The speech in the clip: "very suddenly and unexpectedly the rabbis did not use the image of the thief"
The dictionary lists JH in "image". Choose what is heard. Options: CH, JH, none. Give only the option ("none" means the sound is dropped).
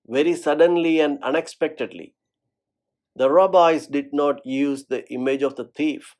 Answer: JH